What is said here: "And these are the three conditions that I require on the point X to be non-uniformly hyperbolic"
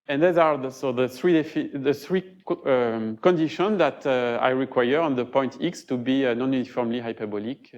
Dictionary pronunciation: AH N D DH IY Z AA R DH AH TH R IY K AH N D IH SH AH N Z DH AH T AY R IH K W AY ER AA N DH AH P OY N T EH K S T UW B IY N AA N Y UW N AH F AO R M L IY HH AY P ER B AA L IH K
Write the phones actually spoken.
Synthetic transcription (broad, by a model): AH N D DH IY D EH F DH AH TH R IY K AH N D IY SH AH N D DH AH T AY R IH K W AY ER AA N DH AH P OY N T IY K S T UW B IY N AA N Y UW N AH F AO R M L IY HH AY P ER B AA L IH K